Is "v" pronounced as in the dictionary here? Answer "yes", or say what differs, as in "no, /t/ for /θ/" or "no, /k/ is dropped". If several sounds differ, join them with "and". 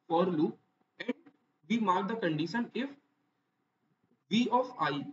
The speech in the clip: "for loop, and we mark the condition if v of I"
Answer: yes